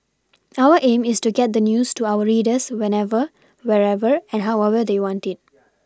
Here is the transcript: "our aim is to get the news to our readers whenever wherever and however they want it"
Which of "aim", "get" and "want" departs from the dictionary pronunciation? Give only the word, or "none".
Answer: none